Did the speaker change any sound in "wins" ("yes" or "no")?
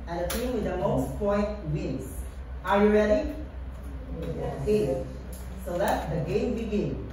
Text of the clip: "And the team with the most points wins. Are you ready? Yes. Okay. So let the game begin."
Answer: yes